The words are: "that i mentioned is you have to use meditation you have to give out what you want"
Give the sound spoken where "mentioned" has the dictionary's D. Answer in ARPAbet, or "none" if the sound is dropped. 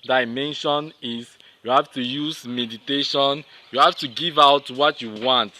none